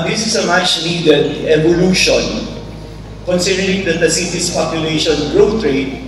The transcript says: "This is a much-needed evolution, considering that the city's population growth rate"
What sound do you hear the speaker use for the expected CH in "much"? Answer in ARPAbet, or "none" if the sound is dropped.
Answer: S